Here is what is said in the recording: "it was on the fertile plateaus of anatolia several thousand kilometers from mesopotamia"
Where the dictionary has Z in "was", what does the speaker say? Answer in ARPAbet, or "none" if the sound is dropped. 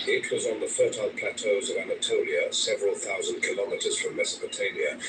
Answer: Z